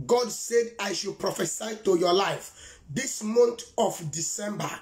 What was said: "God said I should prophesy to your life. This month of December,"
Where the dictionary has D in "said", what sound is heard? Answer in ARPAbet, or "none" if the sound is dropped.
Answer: D